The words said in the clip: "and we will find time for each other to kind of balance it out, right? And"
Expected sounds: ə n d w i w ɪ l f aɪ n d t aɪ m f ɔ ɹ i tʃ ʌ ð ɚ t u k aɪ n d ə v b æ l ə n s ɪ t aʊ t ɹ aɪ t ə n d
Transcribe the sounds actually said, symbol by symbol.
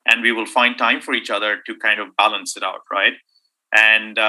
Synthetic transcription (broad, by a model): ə n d w i w ɪ l f aɪ n d t aɪ m f ɔ ɹ i tʃ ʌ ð ɚ t u k aɪ n d ə v b æ l ə n s ɪ t aʊ t ɹ aɪ t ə n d